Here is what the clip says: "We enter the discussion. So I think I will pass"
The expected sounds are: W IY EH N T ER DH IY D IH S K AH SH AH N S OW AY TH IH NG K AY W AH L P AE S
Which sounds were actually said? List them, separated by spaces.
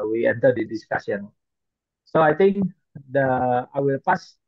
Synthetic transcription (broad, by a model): W IY EH N T ER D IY D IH S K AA S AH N S OW AY T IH NG K AY W AH L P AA S